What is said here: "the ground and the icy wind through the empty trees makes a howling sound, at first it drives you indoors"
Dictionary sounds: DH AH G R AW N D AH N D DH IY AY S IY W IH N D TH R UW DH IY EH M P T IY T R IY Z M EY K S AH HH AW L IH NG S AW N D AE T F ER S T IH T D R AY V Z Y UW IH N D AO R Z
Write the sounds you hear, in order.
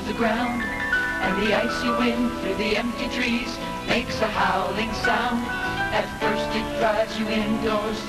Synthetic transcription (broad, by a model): DH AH G R AW N D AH N DH IY AY S IY W IH N TH R UW DH IY EH M P T IY T R IY Z M EY K S AH HH AW L IH NG S AW N D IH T F ER S T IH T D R AY Z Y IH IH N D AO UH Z